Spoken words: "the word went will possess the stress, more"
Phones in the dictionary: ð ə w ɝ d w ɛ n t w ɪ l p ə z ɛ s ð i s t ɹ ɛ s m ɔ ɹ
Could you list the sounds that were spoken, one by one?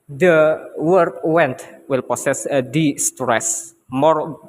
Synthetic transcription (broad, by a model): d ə w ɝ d w ɛ n t w ɪ l p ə s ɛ s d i s t ɹ ɛ s m ɔ ɹ